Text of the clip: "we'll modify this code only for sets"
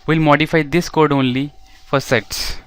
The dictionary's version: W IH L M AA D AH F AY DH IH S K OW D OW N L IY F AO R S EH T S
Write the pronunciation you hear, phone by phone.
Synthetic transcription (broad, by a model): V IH L M AA D AH F AY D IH S K OW D OW N L IY F AO R S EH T S